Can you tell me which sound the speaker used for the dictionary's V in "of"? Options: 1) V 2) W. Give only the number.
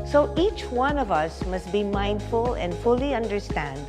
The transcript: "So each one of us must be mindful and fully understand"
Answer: 1